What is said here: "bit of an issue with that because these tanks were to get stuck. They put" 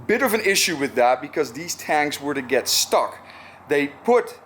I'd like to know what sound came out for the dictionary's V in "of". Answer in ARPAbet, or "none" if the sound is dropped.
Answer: V